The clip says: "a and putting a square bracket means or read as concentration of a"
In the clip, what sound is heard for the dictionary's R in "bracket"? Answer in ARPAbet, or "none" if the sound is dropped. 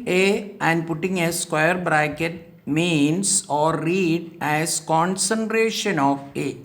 R